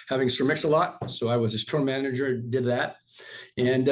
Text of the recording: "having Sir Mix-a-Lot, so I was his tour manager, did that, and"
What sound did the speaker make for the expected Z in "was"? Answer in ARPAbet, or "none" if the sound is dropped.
Z